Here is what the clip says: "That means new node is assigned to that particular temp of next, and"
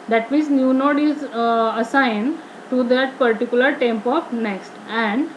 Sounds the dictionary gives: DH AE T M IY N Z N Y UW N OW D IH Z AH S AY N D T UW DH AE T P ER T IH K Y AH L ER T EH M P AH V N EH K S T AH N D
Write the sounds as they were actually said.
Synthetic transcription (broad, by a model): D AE T M IY N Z N Y UW N OW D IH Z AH S AY N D T UW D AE T P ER T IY K Y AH L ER T EH M P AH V N EH K S T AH N D